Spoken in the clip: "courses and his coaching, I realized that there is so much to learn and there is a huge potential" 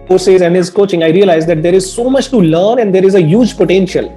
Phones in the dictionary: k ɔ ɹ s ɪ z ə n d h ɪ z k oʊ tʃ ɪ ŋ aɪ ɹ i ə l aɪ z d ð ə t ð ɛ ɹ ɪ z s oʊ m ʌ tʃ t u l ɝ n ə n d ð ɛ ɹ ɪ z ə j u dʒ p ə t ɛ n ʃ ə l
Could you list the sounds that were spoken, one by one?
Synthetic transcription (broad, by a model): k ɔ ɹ s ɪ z ə n d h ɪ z k oʊ tʃ ɪ ŋ aɪ ɹ i ə l aɪ z d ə t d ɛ ɹ ɪ z s oʊ m ʌ tʃ t u l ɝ n ə n d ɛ ɹ ɪ z ə j u dʒ p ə t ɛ n ʃ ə l